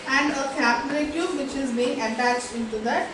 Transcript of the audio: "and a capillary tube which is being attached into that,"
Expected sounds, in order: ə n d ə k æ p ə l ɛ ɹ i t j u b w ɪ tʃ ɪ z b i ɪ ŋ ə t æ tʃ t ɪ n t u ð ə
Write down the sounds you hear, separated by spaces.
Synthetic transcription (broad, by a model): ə n d ə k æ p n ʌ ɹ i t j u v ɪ tʃ ɪ z b i ɪ ŋ ə t æ tʃ t ɪ n t u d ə